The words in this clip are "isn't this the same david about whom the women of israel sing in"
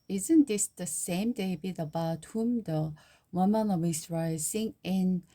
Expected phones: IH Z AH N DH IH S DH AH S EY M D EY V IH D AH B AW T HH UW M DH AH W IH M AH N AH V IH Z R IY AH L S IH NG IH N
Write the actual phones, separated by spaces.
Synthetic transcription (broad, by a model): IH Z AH N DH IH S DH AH S EY M D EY B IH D AH B AW T HH UW M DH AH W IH M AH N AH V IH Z R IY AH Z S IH NG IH N